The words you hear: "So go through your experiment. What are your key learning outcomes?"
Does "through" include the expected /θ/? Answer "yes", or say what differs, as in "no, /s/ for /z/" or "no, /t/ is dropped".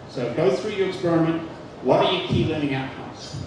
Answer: yes